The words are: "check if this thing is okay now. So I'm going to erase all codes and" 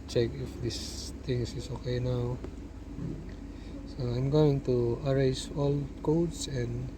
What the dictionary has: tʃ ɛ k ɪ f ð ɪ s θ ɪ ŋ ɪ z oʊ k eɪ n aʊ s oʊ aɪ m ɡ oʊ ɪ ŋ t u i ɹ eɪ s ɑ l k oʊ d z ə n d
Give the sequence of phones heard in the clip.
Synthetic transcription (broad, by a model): tʃ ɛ k ɪ f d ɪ s t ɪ ŋ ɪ s oʊ k eɪ n aʊ s oʊ aɪ m ɡ oʊ ɪ ŋ t u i ɹ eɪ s ɑ l k oʊ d s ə n d